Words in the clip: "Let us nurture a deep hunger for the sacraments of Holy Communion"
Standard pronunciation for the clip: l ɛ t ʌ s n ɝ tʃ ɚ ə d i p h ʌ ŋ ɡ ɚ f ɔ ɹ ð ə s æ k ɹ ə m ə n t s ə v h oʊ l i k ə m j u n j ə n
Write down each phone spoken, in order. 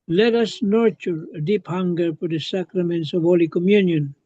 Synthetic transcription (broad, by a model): l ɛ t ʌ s n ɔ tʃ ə d i p h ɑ ŋ ɡ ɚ p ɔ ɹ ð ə s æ k ɹ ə m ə n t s ə v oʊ l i k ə m j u n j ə n